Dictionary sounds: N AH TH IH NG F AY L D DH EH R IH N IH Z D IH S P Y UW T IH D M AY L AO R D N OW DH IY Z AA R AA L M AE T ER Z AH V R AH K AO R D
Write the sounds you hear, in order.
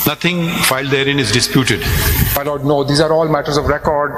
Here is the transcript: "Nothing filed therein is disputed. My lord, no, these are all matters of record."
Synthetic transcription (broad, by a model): N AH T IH NG F AY L D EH R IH N IH Z D IH S P Y UW T IH D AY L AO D N OW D IY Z AA R AA L M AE T ER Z AH V R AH K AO R D